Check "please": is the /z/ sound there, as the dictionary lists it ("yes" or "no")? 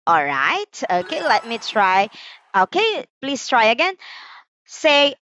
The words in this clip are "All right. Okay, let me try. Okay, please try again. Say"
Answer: no